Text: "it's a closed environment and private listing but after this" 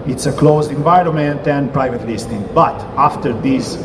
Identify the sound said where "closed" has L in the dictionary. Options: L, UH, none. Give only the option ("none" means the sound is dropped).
L